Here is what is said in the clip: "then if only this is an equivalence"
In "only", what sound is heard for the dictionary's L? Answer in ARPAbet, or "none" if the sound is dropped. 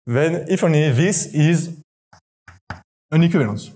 none